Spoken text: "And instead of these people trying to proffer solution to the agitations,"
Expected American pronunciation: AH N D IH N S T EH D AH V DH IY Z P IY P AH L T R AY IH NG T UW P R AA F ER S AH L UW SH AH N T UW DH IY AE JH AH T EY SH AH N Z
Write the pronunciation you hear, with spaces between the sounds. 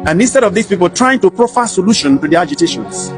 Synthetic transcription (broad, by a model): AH N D IH N S T EH D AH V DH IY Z P IY P AH L T R AY IH NG T UW P R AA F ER S AH L UW SH AH N T UW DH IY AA JH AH T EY SH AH N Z